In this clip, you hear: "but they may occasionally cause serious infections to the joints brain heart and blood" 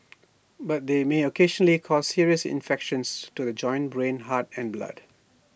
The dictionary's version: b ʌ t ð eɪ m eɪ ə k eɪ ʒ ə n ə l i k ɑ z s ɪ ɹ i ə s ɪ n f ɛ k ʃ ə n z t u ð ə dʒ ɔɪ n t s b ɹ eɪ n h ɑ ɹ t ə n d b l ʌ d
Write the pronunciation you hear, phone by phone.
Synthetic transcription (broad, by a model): b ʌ t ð eɪ m eɪ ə k eɪ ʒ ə n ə l i k ɑ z s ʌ ɹ i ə s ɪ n f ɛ k ʃ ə n s t u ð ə dʒ ɔɪ n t b ɹ eɪ n h ɑ t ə n b l ʌ d